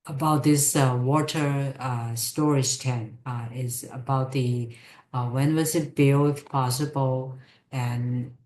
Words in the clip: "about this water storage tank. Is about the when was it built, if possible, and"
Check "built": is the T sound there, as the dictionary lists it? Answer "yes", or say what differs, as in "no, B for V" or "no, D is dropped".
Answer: no, T is dropped